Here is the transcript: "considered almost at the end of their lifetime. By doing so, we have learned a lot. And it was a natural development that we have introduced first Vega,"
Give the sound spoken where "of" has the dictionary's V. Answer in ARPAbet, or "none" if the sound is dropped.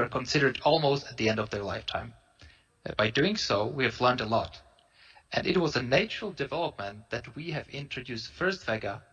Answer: V